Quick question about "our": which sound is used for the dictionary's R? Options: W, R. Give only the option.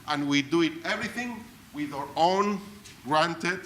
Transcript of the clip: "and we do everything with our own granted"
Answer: R